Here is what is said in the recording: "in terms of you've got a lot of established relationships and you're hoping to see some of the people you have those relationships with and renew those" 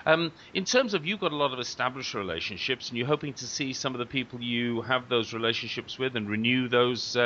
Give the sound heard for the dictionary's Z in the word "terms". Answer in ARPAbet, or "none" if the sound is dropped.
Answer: Z